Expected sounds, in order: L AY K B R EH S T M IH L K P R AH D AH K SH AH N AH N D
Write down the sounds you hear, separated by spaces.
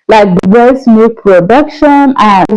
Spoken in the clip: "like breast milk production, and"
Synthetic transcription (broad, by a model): L AY K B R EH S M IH K P R AH D AH K SH AH N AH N